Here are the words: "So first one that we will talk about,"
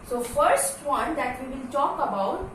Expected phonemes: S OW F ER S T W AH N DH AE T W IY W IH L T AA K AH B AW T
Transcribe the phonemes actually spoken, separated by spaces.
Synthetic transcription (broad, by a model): S OW F ER S T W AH N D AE T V IY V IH L T AA K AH B AW T